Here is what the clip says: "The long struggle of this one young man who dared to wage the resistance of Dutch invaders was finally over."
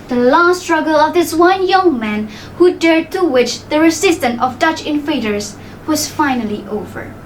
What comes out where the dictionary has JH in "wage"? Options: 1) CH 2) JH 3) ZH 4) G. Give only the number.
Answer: 1